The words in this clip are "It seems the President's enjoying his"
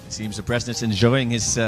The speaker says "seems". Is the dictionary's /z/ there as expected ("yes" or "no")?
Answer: yes